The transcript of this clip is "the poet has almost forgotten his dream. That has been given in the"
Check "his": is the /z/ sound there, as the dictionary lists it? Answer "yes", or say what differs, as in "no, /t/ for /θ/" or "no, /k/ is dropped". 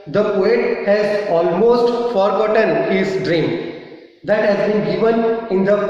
no, /s/ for /z/